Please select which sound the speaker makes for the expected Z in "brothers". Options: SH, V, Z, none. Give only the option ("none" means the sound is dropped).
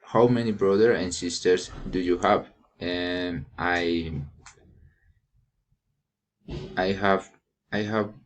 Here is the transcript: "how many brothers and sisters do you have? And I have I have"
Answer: none